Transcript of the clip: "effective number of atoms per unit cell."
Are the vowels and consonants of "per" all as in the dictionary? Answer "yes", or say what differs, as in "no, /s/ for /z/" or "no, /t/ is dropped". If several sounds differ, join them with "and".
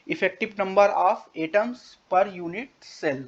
yes